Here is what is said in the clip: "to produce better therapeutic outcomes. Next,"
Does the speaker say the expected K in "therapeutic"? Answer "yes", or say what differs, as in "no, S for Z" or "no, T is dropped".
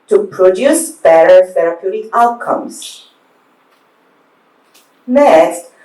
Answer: no, K is dropped